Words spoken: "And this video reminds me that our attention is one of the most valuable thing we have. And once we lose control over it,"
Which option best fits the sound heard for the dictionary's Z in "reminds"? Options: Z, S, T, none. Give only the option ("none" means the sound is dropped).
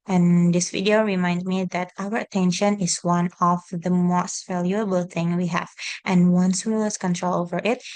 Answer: none